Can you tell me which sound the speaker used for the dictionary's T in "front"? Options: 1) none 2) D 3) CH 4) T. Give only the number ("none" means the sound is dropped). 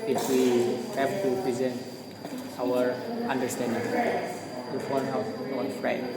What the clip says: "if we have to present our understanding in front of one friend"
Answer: 1